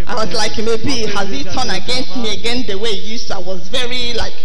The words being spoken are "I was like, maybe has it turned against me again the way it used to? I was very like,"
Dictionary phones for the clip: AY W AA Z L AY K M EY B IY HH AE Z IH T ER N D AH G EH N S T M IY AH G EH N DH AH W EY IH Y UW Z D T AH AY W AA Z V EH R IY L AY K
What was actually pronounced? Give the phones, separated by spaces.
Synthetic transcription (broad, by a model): AY W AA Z L AY K M EY B IY HH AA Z IH T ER N AH G EH N S T M IY AH G EH N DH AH W EY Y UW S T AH AY W AA Z V EH R IY L AY K